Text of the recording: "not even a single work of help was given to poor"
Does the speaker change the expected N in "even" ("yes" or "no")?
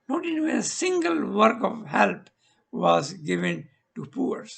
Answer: yes